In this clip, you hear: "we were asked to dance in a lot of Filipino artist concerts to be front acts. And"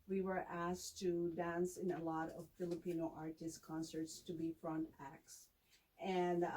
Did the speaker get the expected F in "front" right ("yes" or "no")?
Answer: yes